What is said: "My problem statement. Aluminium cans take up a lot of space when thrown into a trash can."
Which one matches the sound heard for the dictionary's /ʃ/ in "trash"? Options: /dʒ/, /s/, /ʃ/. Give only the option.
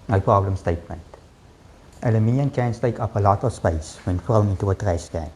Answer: /s/